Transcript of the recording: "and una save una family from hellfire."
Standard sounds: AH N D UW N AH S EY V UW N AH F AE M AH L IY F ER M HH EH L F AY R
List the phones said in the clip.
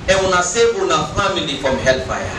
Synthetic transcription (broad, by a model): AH UW N AH S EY B UW N AH F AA M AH L IY F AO M HH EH L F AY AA